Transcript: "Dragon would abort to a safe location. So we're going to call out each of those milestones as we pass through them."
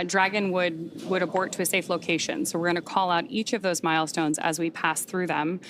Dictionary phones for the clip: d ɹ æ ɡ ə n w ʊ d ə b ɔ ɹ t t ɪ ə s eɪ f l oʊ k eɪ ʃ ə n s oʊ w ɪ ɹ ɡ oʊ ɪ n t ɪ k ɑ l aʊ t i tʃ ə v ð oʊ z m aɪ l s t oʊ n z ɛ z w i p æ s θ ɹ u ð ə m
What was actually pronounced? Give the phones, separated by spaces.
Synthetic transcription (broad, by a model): d ɹ æ ɡ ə n w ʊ d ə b ɔ ɹ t t ɪ ə s eɪ f l oʊ k eɪ ʃ ə n s oʊ w ɪ ɹ ɡ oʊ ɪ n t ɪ k ɑ l aʊ t i tʃ ə v ð oʊ z m aɪ l s t oʊ n z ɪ z w i p æ s θ ɹ u ð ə m